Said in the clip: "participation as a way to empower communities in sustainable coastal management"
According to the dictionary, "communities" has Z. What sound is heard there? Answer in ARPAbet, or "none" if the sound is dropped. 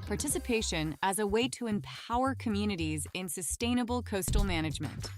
Z